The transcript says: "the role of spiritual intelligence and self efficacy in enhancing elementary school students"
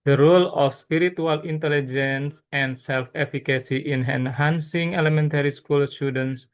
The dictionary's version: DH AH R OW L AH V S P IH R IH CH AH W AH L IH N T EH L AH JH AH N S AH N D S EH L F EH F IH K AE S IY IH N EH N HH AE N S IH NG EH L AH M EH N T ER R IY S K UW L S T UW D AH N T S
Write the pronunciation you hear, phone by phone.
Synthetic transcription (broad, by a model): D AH R OW L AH F S P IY R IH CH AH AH L IH N T EH L AH JH AH N S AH N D S EH L F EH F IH K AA S IY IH N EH N HH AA N S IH NG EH L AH M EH N T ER R IY S K UW L S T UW D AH N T S